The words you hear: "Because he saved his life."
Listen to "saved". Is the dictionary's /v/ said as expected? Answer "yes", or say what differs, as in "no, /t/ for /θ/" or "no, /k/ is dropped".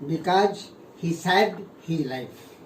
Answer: no, /v/ is dropped